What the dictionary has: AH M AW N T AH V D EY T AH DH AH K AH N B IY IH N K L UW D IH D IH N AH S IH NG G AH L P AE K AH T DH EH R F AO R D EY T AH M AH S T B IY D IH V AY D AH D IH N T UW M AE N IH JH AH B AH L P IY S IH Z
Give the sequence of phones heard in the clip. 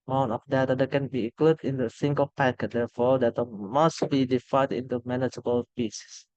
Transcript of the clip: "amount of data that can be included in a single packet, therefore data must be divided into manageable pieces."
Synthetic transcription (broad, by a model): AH M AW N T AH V D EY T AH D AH K AH N B IY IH K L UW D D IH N AH S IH NG G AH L P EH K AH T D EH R F AO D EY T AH M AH S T B IY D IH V AY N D IH N T UW M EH N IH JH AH B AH L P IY S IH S